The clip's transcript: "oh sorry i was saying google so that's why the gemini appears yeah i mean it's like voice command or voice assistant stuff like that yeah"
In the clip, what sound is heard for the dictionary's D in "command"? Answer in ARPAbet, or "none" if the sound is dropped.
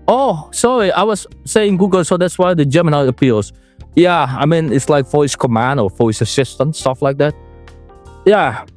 D